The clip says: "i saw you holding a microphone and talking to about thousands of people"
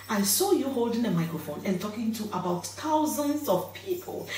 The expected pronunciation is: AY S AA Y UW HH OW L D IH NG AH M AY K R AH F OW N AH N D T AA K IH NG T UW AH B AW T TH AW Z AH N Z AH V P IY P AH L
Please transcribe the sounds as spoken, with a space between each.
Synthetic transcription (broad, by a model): AY S AA Y UW HH OW L D IH NG AH M AY K R AH F OW N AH N T AA K IH NG T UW AH B AW T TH AW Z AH N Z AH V P IY P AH L